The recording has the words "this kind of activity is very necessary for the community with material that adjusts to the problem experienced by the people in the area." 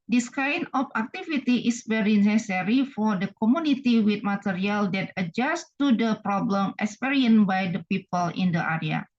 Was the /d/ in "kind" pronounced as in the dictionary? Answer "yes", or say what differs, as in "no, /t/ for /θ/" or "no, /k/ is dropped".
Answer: no, /d/ is dropped